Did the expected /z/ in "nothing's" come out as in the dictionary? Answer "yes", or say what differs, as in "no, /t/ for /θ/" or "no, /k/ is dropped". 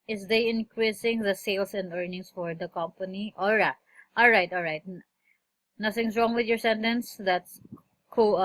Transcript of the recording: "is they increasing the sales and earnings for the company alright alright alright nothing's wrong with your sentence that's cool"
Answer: no, /s/ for /z/